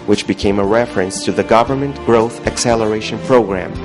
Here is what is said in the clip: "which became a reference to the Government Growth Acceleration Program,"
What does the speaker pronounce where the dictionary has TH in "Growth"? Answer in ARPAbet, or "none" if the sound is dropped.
TH